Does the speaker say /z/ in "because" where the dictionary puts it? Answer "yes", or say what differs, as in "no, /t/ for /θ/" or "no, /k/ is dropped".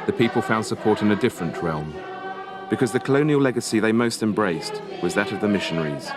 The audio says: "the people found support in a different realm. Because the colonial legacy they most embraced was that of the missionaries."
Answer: yes